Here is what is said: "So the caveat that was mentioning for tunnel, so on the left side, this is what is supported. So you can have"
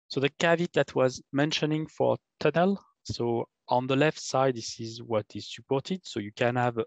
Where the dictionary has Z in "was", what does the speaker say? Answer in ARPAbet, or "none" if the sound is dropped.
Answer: Z